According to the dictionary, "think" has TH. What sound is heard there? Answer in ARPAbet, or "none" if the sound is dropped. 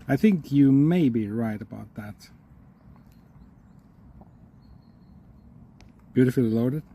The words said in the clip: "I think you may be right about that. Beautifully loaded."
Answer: TH